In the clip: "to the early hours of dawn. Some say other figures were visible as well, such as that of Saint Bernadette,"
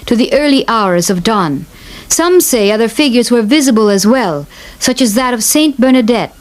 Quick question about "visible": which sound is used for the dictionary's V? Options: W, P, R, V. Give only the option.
V